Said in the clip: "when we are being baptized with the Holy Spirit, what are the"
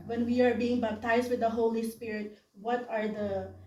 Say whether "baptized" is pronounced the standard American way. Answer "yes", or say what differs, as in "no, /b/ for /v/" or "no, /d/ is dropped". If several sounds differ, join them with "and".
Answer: no, /b/ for /p/ and /s/ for /z/